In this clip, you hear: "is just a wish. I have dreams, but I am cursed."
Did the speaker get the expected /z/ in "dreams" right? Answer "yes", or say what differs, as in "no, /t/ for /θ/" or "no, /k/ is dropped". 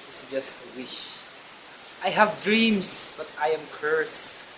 no, /s/ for /z/